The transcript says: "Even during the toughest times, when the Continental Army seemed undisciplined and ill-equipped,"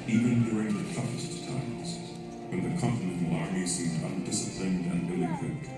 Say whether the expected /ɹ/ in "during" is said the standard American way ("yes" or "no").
yes